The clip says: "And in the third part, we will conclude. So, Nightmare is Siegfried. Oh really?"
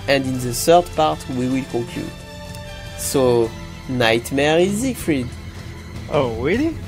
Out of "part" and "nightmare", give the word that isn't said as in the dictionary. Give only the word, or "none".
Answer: none